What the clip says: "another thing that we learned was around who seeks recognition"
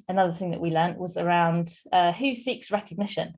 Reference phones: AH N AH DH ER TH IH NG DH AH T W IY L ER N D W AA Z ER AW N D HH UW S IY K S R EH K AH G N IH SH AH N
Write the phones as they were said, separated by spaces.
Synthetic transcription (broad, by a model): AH N AH DH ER TH IH NG DH AH T W IY L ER N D W AA Z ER AW N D HH UW S IY K S R EH K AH G N IH SH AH N